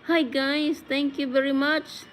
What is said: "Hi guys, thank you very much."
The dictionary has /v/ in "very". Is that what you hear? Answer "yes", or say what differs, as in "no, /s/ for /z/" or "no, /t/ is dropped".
yes